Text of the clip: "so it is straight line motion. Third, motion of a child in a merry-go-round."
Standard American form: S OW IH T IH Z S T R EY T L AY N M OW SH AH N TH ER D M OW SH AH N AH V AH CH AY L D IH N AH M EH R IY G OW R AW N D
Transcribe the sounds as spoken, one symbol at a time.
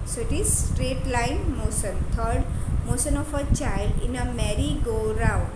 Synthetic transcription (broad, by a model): S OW IH T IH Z S T R EY T L AY N M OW S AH N T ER D M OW S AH N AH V AH CH AY L D IH N AH M EH R IY G OW R AW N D